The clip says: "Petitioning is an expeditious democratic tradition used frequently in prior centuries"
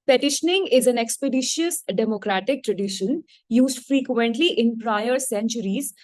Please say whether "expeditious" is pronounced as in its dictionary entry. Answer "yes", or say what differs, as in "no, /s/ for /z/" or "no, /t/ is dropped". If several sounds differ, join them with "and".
yes